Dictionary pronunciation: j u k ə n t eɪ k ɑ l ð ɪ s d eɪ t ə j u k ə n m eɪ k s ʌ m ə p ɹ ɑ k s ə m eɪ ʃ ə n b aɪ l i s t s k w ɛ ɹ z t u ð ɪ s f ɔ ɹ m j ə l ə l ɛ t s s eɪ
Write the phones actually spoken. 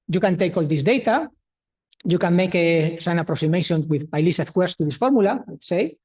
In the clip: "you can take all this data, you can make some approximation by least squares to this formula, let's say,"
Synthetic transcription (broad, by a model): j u k ə n t eɪ k ɑ l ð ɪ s d eɪ t ə j u k ə n m eɪ k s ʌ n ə p ɹ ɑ k s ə m eɪ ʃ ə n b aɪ l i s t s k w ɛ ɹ s t u ð ɪ s f ɔ ɹ m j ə l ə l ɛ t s s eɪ